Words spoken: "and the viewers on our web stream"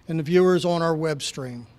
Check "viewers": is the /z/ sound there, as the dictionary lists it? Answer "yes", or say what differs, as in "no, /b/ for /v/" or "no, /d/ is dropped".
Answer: yes